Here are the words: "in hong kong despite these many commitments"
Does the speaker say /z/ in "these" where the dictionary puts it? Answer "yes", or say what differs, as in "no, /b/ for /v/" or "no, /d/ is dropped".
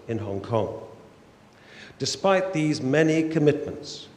yes